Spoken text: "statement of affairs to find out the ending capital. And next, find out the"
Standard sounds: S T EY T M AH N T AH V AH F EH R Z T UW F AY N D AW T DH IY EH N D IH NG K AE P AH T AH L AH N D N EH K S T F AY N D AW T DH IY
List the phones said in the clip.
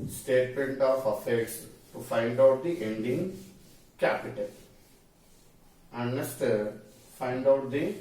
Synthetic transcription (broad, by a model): S T EY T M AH N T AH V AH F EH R S T UW F AY N D AW T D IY EH N D IH NG K AE P AH T AH L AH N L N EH S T F AY N D AW T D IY